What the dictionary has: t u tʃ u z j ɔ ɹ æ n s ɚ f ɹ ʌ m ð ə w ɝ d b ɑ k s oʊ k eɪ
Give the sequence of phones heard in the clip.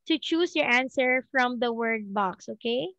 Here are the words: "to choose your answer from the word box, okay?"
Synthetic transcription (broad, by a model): t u tʃ u s j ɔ ɹ æ n s ɚ f ɹ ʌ m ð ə w ɝ d b ɑ k s oʊ k eɪ